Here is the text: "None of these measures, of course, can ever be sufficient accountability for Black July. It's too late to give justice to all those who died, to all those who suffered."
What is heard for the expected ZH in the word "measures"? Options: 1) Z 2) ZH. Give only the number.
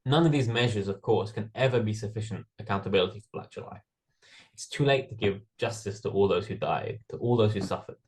2